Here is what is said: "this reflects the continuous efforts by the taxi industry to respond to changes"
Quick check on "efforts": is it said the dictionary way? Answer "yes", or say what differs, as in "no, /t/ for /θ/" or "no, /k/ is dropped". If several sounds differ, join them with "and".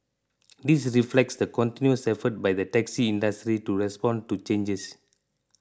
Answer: no, /s/ is dropped